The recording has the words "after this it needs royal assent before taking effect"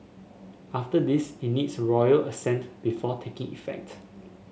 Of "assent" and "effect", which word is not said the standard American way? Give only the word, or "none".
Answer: none